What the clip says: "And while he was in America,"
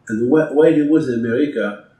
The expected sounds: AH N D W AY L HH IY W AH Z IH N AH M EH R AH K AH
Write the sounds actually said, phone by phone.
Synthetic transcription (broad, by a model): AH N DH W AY W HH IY W AH Z IH N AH M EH R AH K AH